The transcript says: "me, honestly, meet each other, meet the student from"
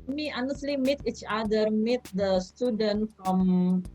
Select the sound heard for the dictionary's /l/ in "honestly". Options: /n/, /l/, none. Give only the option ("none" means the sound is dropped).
/l/